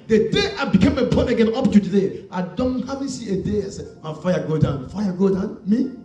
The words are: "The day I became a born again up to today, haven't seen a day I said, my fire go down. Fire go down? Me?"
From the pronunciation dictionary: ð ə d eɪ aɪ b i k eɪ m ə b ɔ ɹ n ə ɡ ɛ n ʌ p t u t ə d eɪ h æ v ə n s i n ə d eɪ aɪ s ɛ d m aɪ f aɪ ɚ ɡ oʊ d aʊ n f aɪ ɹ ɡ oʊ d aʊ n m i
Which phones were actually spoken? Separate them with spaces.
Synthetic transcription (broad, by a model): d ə d eɪ aɪ b i k eɪ m ə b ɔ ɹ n ə ɡ ɛ n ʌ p t u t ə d eɪ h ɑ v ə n s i ə d eɪ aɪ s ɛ m aɪ f aɪ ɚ ɡ oʊ d aʊ n f aɪ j ɡ oʊ d aʊ n m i